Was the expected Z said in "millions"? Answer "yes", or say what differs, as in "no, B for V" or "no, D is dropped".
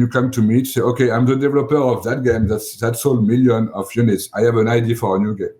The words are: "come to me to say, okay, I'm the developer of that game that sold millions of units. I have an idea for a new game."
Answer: no, Z is dropped